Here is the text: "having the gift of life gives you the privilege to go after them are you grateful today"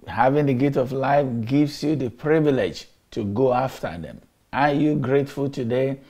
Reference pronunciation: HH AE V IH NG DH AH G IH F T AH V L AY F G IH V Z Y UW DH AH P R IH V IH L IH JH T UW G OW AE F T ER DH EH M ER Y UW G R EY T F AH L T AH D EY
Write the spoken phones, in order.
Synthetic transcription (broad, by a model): HH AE V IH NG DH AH G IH T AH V L AY F G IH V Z Y UW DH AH P R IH V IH L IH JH T UW G OW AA F T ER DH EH M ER Y UW G R EY T F AH L T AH D EY